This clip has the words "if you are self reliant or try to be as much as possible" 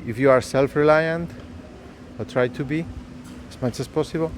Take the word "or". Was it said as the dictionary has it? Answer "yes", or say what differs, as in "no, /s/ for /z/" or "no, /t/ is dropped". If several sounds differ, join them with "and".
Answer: no, /l/ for /ɹ/